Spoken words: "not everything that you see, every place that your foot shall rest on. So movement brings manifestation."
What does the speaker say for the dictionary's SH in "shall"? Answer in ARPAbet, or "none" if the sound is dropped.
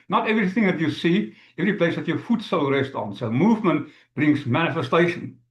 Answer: S